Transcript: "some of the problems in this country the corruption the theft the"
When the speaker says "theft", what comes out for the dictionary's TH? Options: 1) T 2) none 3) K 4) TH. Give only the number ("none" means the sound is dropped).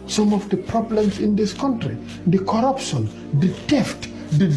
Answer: 1